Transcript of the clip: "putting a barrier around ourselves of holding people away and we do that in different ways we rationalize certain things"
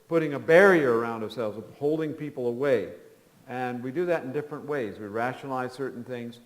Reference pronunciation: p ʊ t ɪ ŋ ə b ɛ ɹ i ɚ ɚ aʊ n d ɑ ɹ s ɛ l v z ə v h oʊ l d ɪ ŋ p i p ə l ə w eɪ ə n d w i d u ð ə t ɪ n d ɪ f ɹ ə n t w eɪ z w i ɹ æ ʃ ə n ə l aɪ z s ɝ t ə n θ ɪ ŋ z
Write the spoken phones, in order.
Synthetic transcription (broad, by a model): p ʊ t ɪ ŋ ə b ɛ ɹ i ɚ ɚ aʊ n d ɑ ɹ s ɛ l v z ə v h oʊ l d ɪ ŋ p i p l ə w eɪ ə n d w i d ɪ ð ə t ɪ n d ɪ f ɹ ə n t w eɪ z w i ɹ æ ʃ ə n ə l aɪ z s ɝ t n θ ɪ ŋ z